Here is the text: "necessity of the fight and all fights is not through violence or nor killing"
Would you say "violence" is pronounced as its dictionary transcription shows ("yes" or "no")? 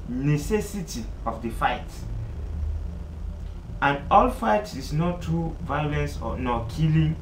yes